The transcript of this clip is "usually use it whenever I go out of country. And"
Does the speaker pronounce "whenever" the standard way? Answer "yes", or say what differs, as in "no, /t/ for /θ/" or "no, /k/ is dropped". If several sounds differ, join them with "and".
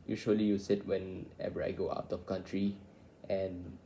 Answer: no, /b/ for /v/